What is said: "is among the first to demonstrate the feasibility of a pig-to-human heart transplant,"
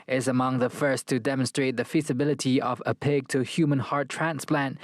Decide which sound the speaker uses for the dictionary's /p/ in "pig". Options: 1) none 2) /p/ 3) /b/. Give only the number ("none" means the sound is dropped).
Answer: 2